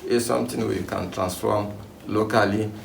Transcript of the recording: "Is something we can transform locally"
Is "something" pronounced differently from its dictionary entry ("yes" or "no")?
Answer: yes